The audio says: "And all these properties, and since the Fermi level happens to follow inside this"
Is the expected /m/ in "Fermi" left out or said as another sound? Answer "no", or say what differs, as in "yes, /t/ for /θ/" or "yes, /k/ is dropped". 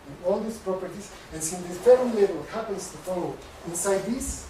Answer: yes, /m/ is dropped